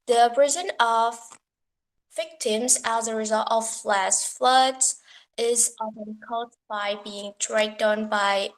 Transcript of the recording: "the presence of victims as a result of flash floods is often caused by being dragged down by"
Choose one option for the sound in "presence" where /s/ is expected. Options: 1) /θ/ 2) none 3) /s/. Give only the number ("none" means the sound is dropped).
2